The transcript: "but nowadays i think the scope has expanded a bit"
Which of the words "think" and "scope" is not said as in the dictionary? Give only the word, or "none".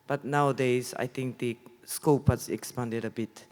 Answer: think